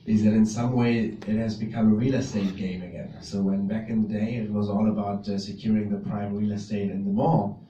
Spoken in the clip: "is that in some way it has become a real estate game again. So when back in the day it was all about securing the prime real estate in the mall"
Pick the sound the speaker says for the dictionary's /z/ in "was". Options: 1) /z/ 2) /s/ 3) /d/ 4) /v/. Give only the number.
1